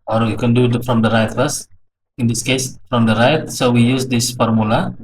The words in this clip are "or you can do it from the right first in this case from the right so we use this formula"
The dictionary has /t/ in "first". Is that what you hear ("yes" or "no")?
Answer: no